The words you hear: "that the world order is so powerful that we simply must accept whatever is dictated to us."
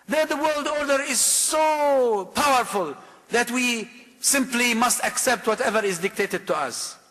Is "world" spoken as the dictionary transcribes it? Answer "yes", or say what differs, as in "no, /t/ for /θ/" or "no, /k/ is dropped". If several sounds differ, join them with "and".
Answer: yes